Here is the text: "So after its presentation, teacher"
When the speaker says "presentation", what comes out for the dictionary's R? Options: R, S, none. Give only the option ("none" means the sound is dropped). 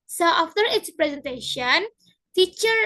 R